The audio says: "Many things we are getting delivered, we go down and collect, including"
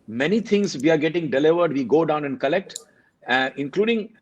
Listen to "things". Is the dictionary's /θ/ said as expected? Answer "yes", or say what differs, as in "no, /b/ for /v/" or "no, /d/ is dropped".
no, /t/ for /θ/